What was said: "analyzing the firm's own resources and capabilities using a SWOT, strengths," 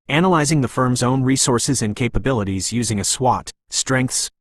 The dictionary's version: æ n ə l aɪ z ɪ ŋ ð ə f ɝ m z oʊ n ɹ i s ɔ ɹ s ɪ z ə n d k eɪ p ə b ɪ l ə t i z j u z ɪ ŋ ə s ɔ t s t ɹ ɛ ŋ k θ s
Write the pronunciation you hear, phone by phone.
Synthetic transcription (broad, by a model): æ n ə l aɪ z ɪ ŋ ð ə f ɝ m z oʊ n ɹ i s ɔ ɹ s ɪ z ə n k eɪ p ə b ɪ l ə t i z j u z ɪ ŋ ə s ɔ t s t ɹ ɛ ŋ k θ s